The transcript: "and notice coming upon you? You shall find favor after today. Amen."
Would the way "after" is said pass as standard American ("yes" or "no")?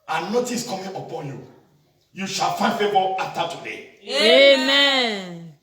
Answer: no